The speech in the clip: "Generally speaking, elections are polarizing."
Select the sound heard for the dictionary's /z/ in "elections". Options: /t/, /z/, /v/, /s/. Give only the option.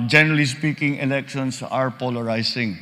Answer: /s/